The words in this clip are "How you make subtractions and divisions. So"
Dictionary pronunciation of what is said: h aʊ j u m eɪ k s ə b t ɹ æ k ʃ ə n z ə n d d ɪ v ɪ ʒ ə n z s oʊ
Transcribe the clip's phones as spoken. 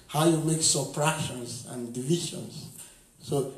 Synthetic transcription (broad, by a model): h aʊ j u m eɪ k s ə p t ɹ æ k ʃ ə n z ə n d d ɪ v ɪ ʃ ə n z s oʊ